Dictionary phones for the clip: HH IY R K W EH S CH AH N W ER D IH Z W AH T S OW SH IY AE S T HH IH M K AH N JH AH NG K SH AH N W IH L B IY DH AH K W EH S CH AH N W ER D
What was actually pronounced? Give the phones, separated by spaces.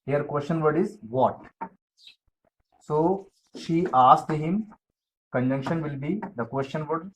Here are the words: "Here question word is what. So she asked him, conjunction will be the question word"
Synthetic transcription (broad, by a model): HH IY R K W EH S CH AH N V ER D IH Z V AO T S OW SH IY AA S T HH IH M K AH N JH AH NG K SH AH N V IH L B IY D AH K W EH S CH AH N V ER D